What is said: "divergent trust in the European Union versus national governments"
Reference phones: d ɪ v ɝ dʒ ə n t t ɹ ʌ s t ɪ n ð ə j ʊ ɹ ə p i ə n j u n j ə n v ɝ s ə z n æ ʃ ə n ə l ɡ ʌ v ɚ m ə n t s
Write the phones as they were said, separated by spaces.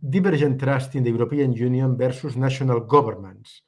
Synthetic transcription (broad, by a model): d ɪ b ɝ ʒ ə n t t ɹ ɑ s t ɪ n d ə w ɹ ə p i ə n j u n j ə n b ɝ s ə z n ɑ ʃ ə n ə l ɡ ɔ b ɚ m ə n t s